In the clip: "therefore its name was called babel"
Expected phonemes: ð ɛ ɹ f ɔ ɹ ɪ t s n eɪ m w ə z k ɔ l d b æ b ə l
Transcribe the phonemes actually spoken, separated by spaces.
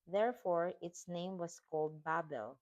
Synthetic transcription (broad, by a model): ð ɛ ɹ f ɔ ɹ ɪ t s n eɪ m w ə s k ɔ l d b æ b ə l